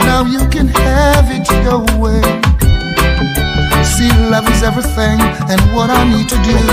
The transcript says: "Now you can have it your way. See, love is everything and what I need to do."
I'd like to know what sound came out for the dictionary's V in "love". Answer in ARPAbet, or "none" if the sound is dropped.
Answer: V